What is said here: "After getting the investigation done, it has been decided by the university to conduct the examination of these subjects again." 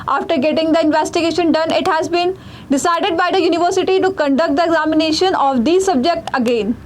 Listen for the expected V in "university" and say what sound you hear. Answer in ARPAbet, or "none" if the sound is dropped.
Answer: V